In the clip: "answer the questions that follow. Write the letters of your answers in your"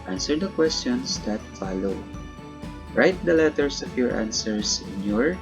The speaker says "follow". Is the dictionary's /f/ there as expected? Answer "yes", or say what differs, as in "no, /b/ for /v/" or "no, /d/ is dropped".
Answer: yes